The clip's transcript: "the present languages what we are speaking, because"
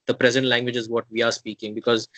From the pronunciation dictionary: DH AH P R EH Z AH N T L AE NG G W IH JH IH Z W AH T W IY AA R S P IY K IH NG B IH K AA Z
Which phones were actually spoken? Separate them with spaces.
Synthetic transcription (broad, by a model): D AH P R EH Z AH N T L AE NG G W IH JH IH Z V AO T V IY AA R S P IY K IH NG B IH K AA Z